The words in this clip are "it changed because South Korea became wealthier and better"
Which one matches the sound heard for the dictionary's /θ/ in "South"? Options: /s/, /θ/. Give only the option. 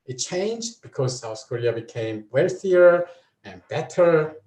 /s/